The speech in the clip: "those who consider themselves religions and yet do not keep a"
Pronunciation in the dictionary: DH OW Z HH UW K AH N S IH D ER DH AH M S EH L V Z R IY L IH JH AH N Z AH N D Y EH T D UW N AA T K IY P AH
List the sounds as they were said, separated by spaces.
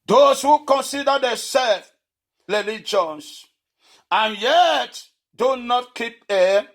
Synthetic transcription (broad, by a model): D OW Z HH UW K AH N S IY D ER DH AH S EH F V R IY L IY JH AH N S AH N Y EH T D UW N AA T K IY P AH